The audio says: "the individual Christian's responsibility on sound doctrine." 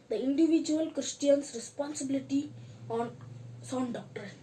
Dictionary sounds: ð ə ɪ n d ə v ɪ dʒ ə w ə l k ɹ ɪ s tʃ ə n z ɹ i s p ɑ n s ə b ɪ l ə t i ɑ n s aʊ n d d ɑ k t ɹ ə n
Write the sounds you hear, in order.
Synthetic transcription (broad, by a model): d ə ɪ n d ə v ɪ dʒ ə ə l k ɹ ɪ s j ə n s ɹ i s p ɑ n s ə b ɪ l ə t i ɑ n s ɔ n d d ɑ k t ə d